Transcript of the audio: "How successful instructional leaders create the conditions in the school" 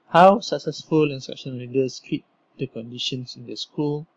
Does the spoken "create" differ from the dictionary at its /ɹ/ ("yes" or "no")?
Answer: yes